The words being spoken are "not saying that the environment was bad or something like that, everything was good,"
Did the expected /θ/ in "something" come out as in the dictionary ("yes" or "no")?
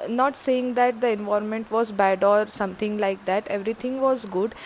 no